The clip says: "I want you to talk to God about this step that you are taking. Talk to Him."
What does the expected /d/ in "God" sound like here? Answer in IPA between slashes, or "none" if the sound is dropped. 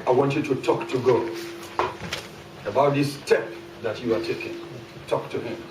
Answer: none